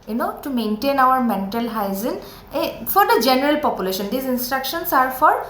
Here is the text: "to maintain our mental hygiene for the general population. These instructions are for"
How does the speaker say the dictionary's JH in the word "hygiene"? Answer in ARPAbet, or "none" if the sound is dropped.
Z